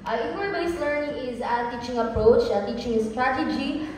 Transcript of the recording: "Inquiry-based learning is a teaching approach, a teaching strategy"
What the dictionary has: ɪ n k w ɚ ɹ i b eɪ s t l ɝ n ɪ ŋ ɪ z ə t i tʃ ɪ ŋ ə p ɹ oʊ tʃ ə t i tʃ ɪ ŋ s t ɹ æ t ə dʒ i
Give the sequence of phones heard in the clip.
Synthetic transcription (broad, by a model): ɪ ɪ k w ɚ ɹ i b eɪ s l ɝ n ɪ ŋ ɪ z ə t i tʃ ɪ ŋ ə p ɹ oʊ tʃ ə t i tʃ ɪ ŋ s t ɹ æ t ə dʒ i